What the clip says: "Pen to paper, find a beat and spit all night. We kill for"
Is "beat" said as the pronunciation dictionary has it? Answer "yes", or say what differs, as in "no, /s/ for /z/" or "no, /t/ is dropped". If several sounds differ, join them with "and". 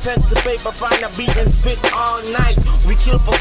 no, /t/ is dropped